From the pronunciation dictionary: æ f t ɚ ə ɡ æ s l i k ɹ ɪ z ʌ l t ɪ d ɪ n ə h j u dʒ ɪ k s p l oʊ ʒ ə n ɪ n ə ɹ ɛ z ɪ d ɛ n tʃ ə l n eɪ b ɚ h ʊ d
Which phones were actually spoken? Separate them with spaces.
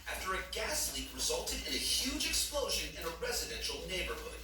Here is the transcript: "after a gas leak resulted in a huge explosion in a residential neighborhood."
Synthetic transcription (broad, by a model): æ f t ɚ ə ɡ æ s l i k ɹ ɪ z ʌ l t ɪ d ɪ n ə h j u dʒ ɪ k s p l oʊ ʒ ə n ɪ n ə ɹ ɛ z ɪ d ɛ n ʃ l n eɪ b ɚ h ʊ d